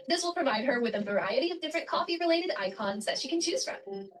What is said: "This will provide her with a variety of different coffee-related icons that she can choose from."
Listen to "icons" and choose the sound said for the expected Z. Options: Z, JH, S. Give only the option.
Z